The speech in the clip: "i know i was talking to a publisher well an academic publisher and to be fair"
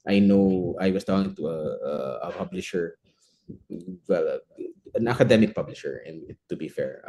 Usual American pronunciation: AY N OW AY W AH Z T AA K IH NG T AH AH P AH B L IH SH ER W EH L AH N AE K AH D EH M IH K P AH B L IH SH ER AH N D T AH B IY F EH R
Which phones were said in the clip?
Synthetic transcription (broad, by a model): AY N OW AY W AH S T AA K IH NG T AH AH P AH B L IH SH ER W EH L AH N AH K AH D EH M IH K P AH B L IH SH ER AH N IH T AH B IY F EH R